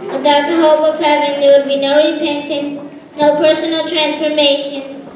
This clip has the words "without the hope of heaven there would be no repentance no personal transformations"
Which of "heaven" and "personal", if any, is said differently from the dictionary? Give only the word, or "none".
none